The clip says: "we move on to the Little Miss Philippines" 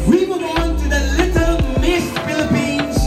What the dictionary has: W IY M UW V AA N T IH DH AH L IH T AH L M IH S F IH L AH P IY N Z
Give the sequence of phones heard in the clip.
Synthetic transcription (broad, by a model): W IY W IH AA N T IH DH AH L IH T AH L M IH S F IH L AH P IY N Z